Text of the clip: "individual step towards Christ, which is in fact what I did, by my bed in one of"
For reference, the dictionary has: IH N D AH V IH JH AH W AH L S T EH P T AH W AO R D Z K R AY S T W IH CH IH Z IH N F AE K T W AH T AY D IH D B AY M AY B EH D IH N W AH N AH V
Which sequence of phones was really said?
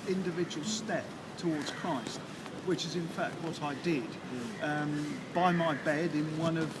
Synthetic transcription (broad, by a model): IH N D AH V IH JH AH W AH L S T EH P T AH W AO R D Z K R AY S T W IH CH IH Z IH N F AE K T W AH T AY D IH D B AY M AY B EH D IH N W AH N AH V